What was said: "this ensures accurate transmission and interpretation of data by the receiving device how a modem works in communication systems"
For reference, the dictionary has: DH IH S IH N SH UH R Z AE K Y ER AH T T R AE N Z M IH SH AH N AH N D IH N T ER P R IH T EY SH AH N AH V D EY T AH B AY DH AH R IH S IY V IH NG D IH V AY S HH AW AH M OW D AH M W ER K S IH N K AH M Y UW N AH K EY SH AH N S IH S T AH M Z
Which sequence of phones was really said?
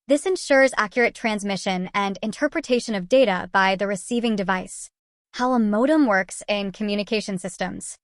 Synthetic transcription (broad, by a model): DH IH S IH N SH UH R Z AE K Y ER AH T T R AE N Z M IH SH AH N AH N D IH N T ER P R IH T EY SH AH N AH V D EY T AH B AY DH AH R IH S IY V IH NG D IH V AY S HH AW AH M OW D AH M W ER K S IH N K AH M Y UW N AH K EY SH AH N S IH S T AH M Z